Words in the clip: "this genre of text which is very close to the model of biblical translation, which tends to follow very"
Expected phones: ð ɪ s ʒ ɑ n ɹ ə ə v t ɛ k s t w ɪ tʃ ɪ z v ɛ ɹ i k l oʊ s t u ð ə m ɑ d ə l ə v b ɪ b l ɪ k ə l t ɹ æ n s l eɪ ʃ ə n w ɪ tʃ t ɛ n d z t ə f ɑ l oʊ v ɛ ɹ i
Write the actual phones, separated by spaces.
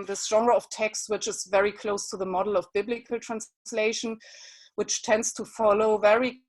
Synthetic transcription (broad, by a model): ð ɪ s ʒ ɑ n ɹ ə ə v t ɛ k s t w ɪ tʃ ɪ z v ɛ ɹ i k l oʊ s t u ð ə m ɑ d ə l ə v b ɪ b l ɪ k ə l t ɹ æ n s l eɪ ʃ ə n w ɪ tʃ t ɛ n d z t ə f ɑ l oʊ v ɛ ɹ i